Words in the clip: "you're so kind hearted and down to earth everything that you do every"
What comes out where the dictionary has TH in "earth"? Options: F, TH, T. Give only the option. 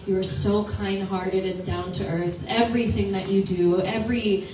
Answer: TH